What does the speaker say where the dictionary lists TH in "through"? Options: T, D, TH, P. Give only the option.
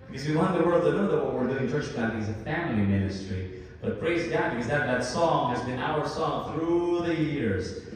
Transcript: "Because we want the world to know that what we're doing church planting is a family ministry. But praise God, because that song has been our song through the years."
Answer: TH